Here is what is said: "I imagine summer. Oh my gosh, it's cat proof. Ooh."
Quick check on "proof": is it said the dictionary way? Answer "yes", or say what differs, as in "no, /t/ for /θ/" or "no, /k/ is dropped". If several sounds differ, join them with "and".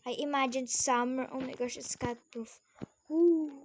no, /ɹ/ is dropped